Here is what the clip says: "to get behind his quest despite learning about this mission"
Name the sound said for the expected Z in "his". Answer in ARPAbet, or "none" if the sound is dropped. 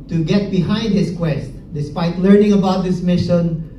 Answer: S